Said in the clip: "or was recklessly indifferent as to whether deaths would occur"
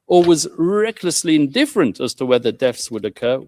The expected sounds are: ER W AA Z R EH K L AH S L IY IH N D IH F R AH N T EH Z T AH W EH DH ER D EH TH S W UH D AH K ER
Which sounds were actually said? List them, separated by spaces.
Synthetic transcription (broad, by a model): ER W AA Z R EH K L AH S L IY IH N D IH F R AH N T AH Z T AH W EH DH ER D EH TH S W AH D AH K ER